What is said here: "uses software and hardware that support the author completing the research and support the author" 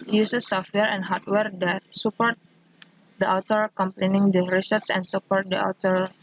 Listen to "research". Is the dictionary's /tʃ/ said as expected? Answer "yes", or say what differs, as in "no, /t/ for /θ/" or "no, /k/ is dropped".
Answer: no, /s/ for /tʃ/